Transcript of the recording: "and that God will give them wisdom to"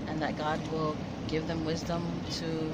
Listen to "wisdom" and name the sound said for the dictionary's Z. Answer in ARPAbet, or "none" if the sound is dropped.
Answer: Z